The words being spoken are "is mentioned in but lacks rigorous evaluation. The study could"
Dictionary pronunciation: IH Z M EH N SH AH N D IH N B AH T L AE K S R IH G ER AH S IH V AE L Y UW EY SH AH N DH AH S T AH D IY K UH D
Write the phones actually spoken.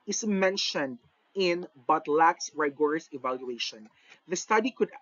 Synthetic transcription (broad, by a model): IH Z M EH N SH AH N D IH N B AH T L AE K S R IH G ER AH S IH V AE L Y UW EY SH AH N DH AH S T AH D IY K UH D